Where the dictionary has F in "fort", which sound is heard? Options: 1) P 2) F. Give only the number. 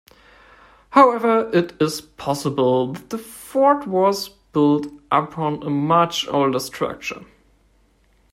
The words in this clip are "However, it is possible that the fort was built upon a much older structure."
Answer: 2